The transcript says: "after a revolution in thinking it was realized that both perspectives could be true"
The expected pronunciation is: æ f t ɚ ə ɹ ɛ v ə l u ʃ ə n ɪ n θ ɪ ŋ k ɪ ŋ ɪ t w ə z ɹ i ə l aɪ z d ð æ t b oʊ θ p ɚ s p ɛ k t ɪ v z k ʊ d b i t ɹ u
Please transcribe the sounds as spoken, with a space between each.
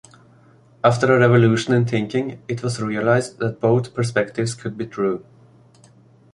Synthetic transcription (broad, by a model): æ f t ɚ ə ɹ ɛ v ə l u ʃ ə n ɪ n θ ɪ ŋ k ɪ ŋ ɪ t w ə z ɹ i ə l aɪ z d ð æ t b oʊ θ p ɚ s p ɛ k t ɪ v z k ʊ d b i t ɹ u